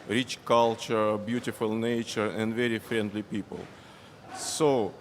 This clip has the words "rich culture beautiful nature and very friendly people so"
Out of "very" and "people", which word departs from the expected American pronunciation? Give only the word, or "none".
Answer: none